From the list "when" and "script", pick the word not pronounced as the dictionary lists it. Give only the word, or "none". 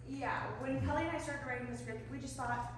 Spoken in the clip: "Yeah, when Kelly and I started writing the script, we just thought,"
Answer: script